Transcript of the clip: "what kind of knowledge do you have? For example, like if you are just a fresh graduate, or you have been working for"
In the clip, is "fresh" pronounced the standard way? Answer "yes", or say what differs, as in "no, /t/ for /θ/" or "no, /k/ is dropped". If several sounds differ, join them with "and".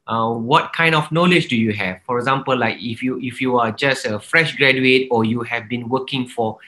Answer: yes